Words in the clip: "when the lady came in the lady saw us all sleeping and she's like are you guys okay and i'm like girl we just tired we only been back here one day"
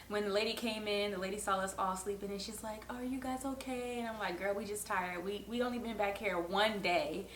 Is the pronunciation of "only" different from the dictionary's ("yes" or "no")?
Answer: yes